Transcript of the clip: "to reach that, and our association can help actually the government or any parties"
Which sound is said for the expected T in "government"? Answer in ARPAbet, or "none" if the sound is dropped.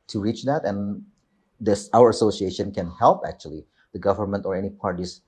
T